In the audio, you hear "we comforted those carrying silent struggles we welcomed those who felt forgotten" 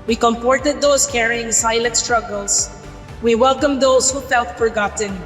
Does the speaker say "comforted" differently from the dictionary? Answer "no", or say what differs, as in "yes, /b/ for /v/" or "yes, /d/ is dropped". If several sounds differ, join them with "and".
yes, /p/ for /f/